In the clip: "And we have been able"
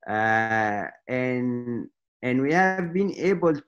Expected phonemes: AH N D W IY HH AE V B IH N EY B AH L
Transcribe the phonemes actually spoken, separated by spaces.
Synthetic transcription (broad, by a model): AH N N W IY HH AE V B IH N EY B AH L